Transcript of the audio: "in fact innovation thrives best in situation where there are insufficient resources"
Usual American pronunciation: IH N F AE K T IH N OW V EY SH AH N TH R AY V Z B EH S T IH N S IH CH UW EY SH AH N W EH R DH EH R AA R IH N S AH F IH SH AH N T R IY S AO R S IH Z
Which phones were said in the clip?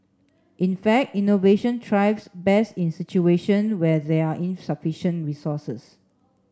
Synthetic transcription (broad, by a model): IH N F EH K T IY N OW V EY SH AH N T R AY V S B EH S IH N S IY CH UW EY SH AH N W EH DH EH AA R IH N S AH F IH SH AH N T R IY S AO S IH S